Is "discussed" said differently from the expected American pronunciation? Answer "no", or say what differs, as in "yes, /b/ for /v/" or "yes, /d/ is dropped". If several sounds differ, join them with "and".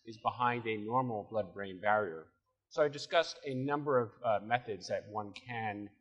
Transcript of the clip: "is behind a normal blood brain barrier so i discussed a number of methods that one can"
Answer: no